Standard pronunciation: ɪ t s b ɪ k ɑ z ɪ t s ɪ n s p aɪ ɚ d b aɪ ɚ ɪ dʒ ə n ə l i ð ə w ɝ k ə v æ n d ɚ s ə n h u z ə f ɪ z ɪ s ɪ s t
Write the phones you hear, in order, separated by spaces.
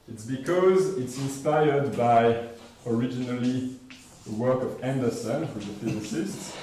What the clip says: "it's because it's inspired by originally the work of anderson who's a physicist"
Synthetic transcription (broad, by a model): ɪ t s b ɪ k ɑ z ɪ t s ɪ n s p aɪ ɚ d b aɪ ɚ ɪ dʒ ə n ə l i ð ə w ɝ k ə v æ n d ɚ s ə n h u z ə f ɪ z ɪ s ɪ s t